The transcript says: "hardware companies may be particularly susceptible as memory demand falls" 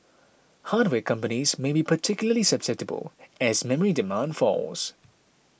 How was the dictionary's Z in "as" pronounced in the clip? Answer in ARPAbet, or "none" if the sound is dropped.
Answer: Z